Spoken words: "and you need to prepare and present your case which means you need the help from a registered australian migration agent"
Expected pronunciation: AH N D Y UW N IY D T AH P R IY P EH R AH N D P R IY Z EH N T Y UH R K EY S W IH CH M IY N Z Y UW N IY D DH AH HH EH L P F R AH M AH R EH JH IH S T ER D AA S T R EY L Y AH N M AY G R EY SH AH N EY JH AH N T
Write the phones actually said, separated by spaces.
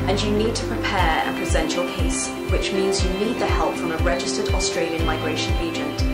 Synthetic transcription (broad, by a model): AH N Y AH N IY D T AH P R IY P EH R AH P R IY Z EH N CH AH L K EY S W IH CH M IY N Z Y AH N IY D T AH HH EH L P F R AH M AH R EH JH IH S T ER D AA S T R EY L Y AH N M AY G R EY SH AH N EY JH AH N T